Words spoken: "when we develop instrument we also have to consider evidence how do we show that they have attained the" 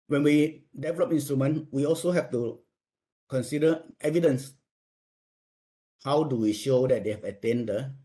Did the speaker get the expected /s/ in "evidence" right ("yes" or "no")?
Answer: yes